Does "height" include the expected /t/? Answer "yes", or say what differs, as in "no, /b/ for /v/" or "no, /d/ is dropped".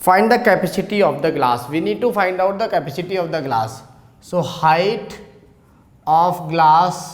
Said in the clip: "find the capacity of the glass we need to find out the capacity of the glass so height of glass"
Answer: yes